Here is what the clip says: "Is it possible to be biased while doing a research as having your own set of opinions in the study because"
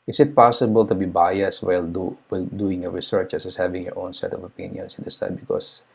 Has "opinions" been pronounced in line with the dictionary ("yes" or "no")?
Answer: no